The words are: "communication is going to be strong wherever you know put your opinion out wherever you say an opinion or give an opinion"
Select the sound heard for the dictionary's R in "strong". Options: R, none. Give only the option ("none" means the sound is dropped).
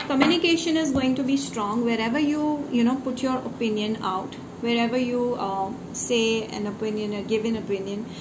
R